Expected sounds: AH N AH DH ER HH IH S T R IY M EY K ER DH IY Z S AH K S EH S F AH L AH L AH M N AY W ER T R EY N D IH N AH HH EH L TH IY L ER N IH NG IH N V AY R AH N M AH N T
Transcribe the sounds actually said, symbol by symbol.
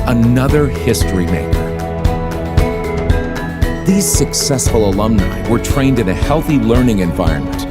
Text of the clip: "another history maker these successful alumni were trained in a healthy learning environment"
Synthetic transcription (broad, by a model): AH N AH DH ER HH IH S T R IY M EY K ER DH IY Z S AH K S EH S F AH L AH L AH M N AY W ER T R EY N D IH N AH HH EH L TH IY L ER N IH NG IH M V AY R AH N M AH N T